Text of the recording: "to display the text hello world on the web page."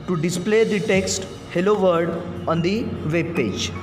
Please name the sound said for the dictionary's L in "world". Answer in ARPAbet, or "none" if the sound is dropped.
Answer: none